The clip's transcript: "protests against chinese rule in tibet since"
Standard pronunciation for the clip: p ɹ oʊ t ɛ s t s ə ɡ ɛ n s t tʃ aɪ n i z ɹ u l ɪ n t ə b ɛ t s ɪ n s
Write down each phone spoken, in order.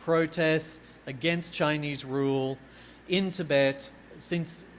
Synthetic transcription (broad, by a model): p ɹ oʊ t ɛ s t s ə ɡ ɛ n s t tʃ aɪ n i z ɹ u l ɪ n t ə b ɛ t s ɪ n s